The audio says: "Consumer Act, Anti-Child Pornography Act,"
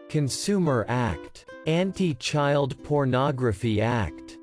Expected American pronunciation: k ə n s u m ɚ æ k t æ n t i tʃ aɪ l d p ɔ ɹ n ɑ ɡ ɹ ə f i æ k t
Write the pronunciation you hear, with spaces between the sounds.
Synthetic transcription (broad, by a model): k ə n s u m ɚ æ k t æ n t i tʃ aɪ l d p ɔ ɹ n ɑ ɡ ɹ ə f i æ k t